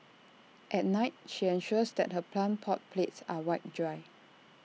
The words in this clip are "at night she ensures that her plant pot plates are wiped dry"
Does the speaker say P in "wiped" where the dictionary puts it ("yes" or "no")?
no